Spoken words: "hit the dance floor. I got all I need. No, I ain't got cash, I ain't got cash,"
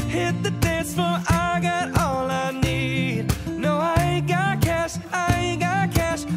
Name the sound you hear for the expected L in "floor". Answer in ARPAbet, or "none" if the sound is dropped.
none